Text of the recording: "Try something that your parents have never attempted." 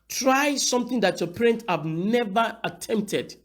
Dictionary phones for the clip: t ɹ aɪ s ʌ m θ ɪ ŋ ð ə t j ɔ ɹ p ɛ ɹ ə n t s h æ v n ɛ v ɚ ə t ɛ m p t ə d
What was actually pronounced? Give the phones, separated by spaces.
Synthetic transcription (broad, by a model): t ɹ aɪ s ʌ m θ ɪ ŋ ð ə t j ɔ p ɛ ɹ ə n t h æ v n ɛ v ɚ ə t ɛ m p t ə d